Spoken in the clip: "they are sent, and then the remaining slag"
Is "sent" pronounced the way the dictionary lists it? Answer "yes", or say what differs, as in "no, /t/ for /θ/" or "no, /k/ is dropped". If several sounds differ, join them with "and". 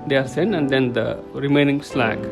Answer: no, /t/ is dropped